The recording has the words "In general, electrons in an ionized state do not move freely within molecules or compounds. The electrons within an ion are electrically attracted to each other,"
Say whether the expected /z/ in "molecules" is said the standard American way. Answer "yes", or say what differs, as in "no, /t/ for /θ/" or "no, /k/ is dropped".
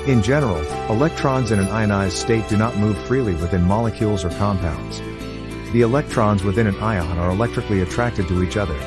yes